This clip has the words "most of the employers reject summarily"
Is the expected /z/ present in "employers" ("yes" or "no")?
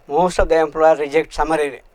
no